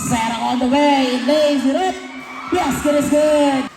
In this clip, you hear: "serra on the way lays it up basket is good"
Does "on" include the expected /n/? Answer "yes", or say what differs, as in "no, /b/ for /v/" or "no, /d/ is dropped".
no, /l/ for /n/